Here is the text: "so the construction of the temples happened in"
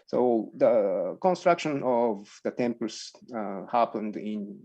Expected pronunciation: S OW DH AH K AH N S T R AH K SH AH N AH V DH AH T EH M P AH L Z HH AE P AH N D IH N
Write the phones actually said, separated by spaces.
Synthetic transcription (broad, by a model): S OW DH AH K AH N S T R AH K SH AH N AH V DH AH T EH M P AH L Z HH AE P AH N D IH N